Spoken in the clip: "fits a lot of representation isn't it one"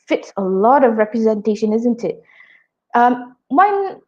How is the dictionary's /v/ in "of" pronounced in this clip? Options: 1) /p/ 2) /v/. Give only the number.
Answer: 2